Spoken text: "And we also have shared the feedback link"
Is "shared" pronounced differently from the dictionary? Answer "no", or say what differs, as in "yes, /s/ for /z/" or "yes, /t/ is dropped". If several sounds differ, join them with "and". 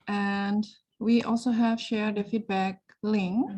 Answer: no